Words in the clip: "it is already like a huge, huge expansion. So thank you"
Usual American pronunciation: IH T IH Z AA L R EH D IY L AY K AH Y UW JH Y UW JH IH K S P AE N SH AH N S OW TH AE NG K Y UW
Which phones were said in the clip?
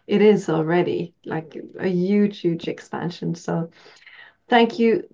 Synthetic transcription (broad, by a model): IH T IH Z AA L R EH D IY L AY K AH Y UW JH Y UW JH IH K S P AE N SH AH N S OW TH AE NG K Y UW